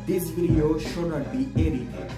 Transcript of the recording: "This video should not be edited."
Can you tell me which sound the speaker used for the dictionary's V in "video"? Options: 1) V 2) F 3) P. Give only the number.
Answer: 3